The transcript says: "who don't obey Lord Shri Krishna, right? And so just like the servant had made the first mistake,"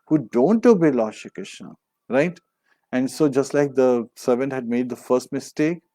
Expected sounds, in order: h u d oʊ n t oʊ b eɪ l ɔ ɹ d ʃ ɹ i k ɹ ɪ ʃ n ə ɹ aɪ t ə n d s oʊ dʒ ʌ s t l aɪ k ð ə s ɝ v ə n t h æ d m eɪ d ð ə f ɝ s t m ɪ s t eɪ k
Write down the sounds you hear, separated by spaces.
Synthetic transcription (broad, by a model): h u d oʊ n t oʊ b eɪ l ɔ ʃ i k ɪ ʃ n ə ɹ aɪ t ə n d s oʊ dʒ ʌ s t l aɪ k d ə s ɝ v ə n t h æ d m eɪ d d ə f ɝ s t m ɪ s t eɪ k